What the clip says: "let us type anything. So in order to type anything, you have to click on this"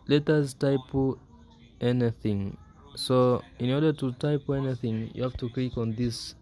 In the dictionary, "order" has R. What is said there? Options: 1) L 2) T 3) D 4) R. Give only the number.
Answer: 4